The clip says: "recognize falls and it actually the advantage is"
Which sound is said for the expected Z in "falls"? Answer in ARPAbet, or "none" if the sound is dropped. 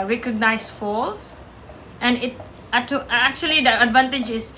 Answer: S